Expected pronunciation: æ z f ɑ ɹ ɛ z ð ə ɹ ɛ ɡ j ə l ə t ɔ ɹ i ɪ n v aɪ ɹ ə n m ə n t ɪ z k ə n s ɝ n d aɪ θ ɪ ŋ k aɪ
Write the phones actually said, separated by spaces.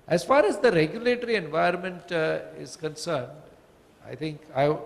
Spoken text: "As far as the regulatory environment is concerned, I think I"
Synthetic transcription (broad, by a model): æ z f ɑ ɹ ɛ z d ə ɹ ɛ ɡ j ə l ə t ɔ ɹ i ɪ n v aɪ ə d m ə n t ɪ z k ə n s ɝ n d aɪ t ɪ ŋ k aɪ